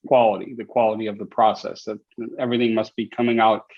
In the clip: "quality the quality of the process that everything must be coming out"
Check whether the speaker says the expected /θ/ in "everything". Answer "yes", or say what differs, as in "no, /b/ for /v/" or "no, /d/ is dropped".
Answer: yes